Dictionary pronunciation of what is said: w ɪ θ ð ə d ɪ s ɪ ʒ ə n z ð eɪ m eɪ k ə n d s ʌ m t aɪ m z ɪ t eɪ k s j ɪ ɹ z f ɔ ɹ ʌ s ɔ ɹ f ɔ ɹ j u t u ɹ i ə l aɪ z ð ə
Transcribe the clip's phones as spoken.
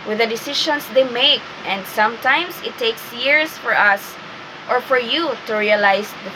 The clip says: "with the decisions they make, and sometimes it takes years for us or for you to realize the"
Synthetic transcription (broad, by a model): w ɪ ð ə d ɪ s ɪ ʃ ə n s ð eɪ m eɪ k ə n d s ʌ m t aɪ m s ɪ t eɪ k s j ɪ ɹ s f ɔ ɹ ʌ s ɔ ɹ f ɔ ɹ j u t u ɹ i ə l aɪ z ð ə